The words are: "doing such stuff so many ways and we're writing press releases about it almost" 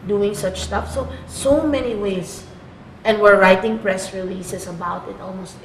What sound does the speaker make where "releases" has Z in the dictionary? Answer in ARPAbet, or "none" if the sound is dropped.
S